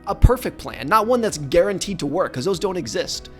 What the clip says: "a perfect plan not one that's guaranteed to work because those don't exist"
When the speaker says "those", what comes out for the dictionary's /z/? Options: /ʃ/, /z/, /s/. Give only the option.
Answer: /z/